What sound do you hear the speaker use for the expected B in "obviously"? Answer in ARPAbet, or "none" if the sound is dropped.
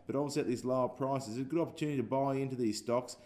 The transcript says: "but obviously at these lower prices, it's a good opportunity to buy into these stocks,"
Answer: none